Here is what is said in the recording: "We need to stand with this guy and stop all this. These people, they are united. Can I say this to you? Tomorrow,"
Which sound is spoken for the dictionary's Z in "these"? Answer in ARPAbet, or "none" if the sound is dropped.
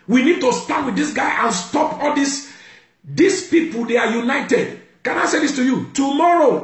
S